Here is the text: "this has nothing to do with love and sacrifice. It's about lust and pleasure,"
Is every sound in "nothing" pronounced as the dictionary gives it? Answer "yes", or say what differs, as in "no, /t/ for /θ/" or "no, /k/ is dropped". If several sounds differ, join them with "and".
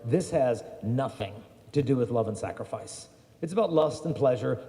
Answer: yes